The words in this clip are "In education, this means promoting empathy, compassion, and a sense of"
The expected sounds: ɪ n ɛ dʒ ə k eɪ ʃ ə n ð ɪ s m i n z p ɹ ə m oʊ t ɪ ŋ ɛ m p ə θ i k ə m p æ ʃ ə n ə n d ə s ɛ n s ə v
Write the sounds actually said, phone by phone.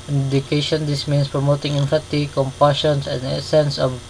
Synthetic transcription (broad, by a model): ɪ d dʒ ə k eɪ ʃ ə n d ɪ s m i n s p ɹ ə m oʊ t ɪ ŋ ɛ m f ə t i k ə m p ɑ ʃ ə n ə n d ə s ɛ n s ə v